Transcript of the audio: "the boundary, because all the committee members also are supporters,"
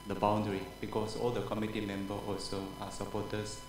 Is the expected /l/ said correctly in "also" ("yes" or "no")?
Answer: yes